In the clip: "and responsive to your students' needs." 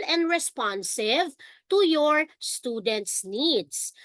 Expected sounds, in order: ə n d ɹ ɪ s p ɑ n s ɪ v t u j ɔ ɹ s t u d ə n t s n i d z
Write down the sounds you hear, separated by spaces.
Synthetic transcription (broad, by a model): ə n d ɹ ɪ s p ɑ n s ɪ v t u j ɔ ɹ s t u d ə n t s n i d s